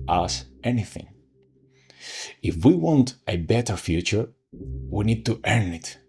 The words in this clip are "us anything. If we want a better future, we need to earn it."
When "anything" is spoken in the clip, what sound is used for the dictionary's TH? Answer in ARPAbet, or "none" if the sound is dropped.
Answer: TH